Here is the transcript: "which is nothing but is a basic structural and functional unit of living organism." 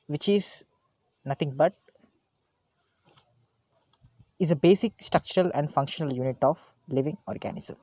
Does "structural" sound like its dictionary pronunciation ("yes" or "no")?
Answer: yes